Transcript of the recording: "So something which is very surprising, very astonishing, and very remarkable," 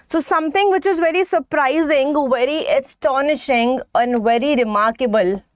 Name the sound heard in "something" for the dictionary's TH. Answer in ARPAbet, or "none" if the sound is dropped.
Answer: T